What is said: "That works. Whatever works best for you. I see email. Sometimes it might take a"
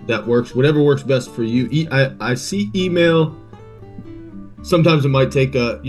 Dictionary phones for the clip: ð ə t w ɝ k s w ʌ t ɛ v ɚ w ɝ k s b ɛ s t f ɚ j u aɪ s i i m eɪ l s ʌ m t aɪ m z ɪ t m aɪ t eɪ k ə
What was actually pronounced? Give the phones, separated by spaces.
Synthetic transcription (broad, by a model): ð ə t w ɝ k s w ʌ t ɛ v ɚ w ɝ k s b ɛ s t f ɚ j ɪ aɪ s i i m eɪ l s ʌ m t aɪ m z ɪ t m aɪ t eɪ k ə